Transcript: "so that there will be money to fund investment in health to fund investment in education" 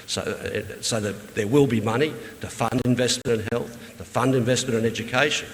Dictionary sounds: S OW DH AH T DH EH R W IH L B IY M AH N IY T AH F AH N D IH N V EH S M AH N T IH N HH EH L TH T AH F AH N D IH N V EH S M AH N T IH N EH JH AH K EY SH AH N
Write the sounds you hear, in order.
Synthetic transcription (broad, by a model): S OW DH AH T DH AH R W IH L B IY M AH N IY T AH F AH N D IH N V EH S M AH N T IH N HH EH L TH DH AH F AH N D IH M V EH S M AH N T IH N EH JH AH K EY SH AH N